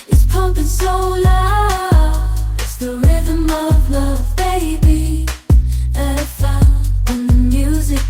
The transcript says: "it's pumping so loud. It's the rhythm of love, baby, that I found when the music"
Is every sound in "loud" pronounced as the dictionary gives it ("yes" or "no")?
no